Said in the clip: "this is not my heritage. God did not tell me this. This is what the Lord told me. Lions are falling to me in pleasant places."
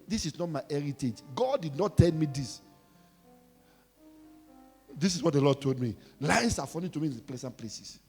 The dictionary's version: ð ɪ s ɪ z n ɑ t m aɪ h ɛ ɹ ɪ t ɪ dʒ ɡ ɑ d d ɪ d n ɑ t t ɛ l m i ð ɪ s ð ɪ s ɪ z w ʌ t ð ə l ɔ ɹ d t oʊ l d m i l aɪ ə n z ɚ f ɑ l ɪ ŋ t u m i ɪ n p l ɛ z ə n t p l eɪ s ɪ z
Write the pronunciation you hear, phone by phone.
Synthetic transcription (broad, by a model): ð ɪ s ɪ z n ɑ t m aɪ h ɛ ɹ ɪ t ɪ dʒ ɡ ɑ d d ɪ d n ɑ t t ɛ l m i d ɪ s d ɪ s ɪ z w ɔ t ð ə l ɔ d t oʊ l d m i l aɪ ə n s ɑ f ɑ n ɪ t u m i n p l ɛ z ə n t p l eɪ s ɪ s